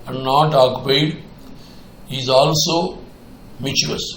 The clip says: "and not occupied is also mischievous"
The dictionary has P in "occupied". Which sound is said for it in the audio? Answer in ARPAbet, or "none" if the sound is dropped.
none